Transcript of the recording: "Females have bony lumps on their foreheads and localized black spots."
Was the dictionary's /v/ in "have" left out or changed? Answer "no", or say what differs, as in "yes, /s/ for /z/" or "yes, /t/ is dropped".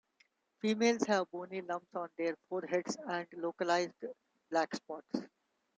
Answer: no